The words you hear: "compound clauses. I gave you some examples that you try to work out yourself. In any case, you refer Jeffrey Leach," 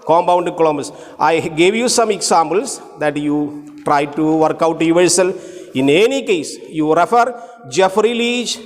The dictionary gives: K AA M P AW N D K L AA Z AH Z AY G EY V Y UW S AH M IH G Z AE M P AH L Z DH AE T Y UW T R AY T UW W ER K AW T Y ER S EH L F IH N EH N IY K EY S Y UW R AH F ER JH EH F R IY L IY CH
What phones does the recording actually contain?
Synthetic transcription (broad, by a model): K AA M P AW N D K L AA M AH S AY G EY V Y UW S AH M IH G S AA M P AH L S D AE T Y UW T R AY T UW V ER K AW T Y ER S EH L IH N EH N IY K EY S Y UW R AH F ER JH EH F R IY L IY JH